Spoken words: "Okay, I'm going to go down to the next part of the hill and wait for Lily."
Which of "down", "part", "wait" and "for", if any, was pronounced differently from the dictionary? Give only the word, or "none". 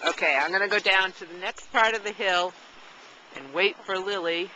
none